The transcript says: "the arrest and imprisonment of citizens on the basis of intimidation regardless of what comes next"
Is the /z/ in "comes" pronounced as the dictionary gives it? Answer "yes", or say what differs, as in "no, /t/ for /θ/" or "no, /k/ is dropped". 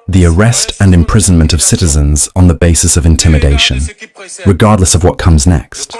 yes